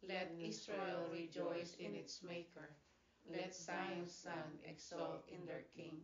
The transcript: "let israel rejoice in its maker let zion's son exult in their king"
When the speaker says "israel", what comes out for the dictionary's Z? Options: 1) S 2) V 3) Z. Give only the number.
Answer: 1